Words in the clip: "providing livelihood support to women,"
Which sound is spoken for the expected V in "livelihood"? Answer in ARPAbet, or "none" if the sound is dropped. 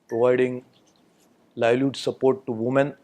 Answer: none